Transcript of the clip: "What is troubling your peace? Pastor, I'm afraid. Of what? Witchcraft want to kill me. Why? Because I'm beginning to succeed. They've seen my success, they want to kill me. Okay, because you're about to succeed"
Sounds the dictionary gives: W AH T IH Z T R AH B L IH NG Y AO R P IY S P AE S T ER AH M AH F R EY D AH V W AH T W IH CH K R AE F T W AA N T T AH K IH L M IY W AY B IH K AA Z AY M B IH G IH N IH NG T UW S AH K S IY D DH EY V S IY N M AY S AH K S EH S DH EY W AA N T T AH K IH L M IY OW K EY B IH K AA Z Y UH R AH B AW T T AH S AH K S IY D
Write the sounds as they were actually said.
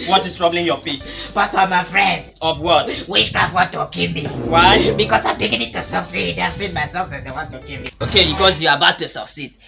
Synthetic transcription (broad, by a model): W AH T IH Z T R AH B L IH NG Y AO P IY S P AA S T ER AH M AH F R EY D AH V W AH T W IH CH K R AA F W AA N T T AH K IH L M IY W AY B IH K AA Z AY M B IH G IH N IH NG T UW S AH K S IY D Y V S IY N M AY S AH S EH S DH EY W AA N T T AH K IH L M IY OW K EY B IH K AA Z Y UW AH B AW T T AH S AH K S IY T